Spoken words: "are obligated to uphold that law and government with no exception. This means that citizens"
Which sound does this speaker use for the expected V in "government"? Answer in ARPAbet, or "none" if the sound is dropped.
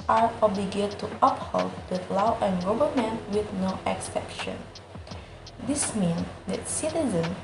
B